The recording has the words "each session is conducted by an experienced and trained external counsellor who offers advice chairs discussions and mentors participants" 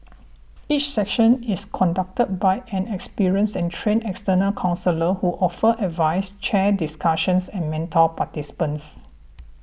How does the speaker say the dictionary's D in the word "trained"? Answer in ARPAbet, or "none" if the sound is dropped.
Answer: none